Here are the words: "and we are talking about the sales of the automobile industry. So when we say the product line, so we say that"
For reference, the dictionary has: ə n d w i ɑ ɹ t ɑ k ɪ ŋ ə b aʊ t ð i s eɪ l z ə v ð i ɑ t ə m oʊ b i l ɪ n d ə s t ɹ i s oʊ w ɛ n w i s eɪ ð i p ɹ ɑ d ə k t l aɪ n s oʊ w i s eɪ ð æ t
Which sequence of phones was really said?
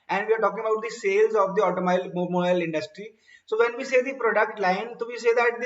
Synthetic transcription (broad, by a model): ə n d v i ɑ ɹ t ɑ k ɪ ŋ ə b aʊ t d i s eɪ l z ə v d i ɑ t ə m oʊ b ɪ l ɪ n d ə s t ɹ i s oʊ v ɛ n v i s eɪ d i p ɹ ɑ d ə k t l aɪ n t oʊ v i s eɪ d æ t